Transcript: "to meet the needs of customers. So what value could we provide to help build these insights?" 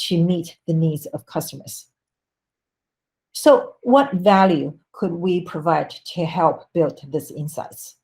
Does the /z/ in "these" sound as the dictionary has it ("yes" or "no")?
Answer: no